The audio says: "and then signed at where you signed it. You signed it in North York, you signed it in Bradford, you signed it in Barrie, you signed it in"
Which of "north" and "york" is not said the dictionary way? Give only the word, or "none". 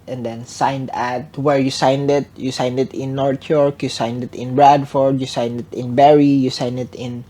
north